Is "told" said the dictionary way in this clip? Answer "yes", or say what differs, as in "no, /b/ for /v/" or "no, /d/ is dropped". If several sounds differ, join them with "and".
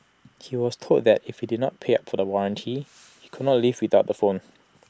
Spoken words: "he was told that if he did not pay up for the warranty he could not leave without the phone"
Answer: no, /l/ is dropped